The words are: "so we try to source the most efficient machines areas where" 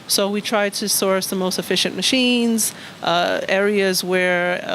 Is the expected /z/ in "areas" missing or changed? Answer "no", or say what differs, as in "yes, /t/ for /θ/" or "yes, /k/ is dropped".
no